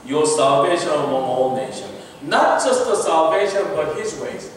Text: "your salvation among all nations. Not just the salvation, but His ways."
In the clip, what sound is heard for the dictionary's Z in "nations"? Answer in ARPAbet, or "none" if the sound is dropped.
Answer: none